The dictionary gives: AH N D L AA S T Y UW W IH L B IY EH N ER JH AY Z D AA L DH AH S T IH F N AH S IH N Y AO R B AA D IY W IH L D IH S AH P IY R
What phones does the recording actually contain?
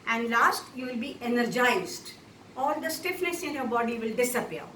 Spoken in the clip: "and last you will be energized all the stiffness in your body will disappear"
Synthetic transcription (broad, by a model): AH N D L AA S T Y UW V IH L B IY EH N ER JH AY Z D AA L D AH S T IH F N AH S IH N Y AO R B AA D IY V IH L D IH S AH P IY R